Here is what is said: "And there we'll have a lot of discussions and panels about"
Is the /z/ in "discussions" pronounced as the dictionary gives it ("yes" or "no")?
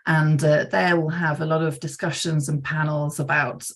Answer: yes